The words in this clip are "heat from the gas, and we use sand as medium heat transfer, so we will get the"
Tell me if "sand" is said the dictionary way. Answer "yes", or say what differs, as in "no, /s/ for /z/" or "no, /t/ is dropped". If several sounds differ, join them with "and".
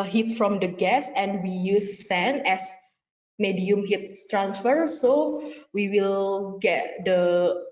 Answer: no, /d/ is dropped